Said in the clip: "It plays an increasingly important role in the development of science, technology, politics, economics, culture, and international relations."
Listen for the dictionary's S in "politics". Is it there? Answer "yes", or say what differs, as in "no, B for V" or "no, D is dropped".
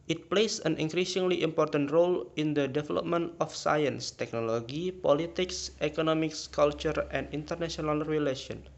yes